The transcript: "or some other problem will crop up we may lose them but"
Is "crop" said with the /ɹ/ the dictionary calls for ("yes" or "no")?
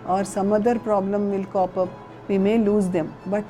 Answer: no